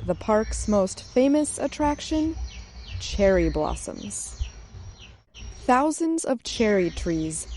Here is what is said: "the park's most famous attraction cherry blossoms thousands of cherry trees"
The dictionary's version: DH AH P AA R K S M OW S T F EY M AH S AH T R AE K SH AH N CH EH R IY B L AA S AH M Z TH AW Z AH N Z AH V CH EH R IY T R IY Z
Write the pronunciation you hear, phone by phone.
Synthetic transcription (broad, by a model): DH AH P AA R K S M OW S T F EY M AH S AH T R AE K SH AH N CH EH R IY B L AA S AH M Z TH AW Z AH N Z AH V CH EH R IY T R IY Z